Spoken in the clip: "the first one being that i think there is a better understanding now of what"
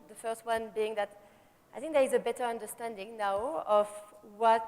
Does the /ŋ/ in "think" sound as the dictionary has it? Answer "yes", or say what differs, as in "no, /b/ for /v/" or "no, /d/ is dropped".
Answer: yes